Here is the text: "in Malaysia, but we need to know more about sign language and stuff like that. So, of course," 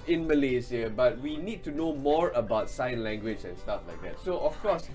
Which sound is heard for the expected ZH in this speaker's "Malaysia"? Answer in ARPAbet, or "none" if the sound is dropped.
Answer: Z